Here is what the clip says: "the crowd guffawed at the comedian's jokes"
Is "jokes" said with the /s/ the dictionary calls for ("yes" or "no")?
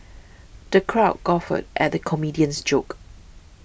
no